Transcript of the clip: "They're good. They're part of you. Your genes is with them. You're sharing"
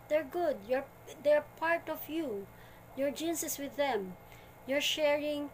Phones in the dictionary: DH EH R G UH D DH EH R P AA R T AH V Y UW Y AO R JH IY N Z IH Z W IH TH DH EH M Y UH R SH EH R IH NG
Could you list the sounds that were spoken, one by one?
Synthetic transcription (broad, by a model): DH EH R G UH D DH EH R P AA R T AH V Y UW Y AO R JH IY N S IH S W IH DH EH M Y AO R SH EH R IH NG